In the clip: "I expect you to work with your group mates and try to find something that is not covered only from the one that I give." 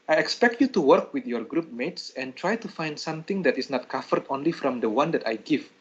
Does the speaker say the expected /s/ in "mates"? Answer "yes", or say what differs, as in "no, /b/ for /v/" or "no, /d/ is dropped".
yes